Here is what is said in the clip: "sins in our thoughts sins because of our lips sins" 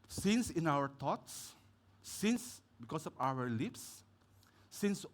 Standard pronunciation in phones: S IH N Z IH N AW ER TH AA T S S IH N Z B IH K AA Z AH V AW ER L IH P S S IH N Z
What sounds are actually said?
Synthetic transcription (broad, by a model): S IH N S IH N AW ER T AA T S S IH N S B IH K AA S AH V AW ER L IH P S S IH N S